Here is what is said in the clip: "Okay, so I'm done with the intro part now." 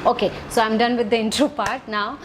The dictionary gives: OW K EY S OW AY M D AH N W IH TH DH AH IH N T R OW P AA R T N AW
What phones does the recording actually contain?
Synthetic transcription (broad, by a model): OW K EY S OW AY M D AH N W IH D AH IH N T R OW P AA R T N AW